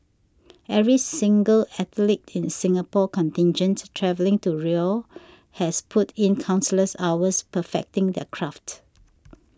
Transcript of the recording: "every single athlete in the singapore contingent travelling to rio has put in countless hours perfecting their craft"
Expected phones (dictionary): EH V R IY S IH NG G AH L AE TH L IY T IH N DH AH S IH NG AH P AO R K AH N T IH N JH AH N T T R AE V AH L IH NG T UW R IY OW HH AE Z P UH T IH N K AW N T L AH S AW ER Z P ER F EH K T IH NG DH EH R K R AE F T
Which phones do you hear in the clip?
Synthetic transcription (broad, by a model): EH V R IY S IH NG G AH L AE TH L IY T IH N S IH NG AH P AO K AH N T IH N JH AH N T T R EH V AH L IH NG T UW R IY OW HH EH S P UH T IH N K AW N S L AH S AW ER S P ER F EH K T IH NG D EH K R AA F T